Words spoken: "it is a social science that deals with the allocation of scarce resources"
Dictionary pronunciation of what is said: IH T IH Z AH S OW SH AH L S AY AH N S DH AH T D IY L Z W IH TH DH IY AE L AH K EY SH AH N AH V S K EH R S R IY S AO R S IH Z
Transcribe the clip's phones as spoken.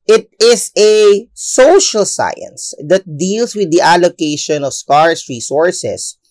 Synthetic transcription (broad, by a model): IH T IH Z AH S OW SH AH L S AY AH N S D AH T D IY L S W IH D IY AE L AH K EY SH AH N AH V S K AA R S R IY S AO R S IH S